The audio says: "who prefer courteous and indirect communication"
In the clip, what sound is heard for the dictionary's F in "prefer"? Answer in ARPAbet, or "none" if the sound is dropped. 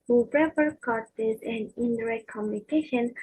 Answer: P